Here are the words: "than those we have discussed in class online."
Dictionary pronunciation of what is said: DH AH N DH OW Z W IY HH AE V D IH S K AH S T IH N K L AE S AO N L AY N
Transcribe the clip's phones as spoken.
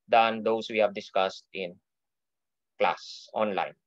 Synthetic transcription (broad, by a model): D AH N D OW S W IY HH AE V D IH S K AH S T IH N K L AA S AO N L AY N